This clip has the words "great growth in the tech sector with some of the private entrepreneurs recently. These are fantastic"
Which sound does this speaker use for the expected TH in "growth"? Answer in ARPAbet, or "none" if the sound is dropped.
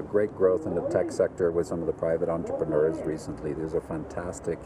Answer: TH